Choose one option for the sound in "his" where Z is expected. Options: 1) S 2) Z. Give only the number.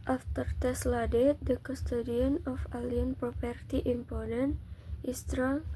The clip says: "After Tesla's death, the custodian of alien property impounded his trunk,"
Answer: 1